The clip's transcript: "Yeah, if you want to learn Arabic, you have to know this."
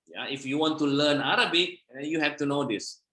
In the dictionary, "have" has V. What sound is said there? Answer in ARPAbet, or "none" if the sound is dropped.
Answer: F